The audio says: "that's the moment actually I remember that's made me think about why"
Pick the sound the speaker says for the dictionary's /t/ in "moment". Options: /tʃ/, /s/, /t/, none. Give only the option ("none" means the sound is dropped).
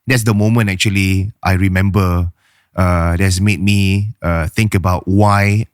none